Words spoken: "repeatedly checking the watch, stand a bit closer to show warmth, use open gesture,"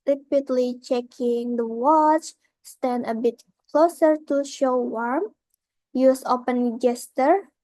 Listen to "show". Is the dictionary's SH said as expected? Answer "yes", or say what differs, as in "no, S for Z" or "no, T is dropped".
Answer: yes